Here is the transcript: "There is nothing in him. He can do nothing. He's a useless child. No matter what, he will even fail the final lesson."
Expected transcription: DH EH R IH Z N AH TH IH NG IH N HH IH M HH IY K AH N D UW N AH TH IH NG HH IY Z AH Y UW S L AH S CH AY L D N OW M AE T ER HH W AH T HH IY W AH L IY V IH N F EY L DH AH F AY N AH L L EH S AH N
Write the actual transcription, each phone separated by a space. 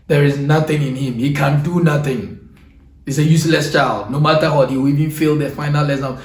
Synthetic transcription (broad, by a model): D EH R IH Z N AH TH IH NG IH N HH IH M HH IY K AH N D UW N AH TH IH NG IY S AH Y UW S L AH S CH AY L D N OW M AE T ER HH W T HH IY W IY V IH N F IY L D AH F AY N AH L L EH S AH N